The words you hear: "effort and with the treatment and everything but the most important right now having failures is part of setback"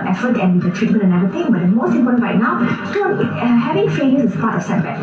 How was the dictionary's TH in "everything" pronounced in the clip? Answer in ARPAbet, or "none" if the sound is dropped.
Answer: T